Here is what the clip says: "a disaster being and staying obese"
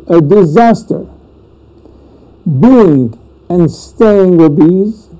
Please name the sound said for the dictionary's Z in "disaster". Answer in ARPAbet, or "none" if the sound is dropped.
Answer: Z